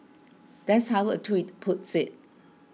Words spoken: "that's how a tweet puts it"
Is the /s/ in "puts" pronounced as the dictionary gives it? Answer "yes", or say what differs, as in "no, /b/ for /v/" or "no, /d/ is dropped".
yes